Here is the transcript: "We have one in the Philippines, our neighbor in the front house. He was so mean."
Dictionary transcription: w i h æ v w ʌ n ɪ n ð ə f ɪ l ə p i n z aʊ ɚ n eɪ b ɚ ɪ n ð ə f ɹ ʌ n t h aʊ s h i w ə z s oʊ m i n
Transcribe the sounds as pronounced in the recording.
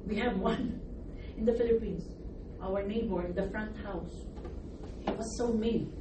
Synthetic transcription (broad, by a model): w i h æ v w ʌ n ɪ n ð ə f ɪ l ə p i n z aʊ ɚ n eɪ b ɚ ɪ n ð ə f ɹ ʌ n t h aʊ s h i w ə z s oʊ m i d